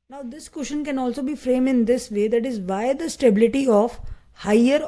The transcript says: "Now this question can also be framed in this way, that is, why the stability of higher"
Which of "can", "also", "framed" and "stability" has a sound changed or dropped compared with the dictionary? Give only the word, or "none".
framed